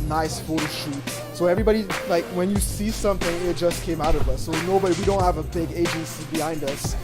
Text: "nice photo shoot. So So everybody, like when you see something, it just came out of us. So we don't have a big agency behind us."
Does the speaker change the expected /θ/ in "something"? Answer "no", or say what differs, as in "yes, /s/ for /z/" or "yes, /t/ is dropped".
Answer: no